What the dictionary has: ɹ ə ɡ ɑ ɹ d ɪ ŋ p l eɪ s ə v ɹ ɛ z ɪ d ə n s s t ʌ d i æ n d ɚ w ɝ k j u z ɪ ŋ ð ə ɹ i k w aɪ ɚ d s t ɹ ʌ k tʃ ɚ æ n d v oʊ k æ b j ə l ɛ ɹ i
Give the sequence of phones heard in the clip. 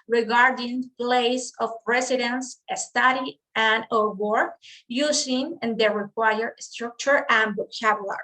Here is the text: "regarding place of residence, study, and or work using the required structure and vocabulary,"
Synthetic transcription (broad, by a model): ɹ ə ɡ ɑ ɹ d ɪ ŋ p l eɪ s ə p ɹ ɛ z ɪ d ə n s s t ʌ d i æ n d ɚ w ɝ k j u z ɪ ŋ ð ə ɹ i k w aɪ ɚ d s t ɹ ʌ k tʃ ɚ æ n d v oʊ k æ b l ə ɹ